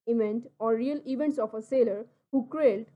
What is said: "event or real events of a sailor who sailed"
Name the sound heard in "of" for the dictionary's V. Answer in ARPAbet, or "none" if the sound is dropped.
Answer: P